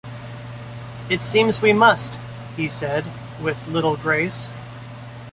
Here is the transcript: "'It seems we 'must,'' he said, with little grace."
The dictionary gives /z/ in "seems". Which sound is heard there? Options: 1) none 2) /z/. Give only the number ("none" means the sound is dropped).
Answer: 2